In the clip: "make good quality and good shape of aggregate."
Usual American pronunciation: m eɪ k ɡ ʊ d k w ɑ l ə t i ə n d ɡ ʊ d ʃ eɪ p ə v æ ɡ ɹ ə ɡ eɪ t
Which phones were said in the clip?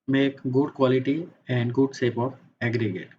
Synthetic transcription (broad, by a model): m eɪ k ɡ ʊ d k w ɑ l ə t i ə n d ɡ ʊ d s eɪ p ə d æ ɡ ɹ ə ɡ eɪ t